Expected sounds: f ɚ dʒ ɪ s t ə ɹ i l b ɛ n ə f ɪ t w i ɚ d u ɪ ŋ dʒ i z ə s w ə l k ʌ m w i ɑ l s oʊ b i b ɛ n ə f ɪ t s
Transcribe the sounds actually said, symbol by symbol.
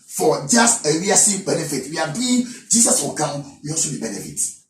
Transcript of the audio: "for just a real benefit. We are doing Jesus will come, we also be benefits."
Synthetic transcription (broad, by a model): f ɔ dʒ ɪ s t ə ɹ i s b ɛ n ə f ɪ t w i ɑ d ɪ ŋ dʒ i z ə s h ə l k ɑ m w i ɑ s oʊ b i b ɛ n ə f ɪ t